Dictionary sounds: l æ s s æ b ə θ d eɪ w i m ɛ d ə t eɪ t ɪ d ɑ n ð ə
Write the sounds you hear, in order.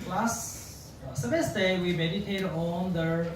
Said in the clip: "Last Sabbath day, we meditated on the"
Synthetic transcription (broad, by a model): l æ s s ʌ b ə s d eɪ w i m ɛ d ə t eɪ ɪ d ɑ n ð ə